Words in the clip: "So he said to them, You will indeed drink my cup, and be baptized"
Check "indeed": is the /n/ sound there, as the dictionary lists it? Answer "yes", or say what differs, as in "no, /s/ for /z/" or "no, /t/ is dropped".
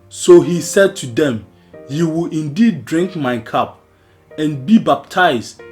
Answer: yes